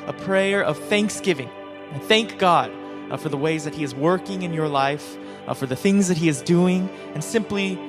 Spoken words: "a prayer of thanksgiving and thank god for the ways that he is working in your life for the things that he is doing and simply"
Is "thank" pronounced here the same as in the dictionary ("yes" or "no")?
yes